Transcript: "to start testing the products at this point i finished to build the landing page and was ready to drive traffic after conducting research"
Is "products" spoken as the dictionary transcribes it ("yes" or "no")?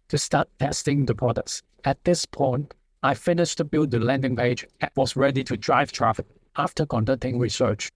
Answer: no